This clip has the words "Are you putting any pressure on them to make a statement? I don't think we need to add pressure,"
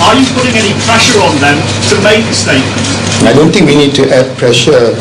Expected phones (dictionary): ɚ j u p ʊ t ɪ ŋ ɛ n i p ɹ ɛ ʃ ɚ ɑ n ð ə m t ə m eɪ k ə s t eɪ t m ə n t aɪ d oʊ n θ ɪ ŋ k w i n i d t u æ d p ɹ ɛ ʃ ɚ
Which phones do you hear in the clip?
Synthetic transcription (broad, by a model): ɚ j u p ʊ t ɪ ŋ ɛ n i p ɹ ɛ ʃ ɚ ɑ n ð ə m t ə m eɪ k ə s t eɪ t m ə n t aɪ d oʊ n t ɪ ŋ k w i n i d t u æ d p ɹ ɛ ʃ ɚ